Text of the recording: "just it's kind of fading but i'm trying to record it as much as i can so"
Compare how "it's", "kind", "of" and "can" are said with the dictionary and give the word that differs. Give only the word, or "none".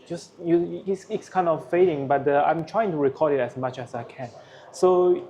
of